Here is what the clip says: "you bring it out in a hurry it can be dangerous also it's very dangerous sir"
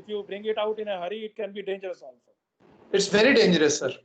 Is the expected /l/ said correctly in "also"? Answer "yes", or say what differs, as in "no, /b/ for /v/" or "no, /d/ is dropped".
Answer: no, /n/ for /l/